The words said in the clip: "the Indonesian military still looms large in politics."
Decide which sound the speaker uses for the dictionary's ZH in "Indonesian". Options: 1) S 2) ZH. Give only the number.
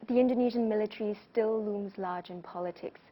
2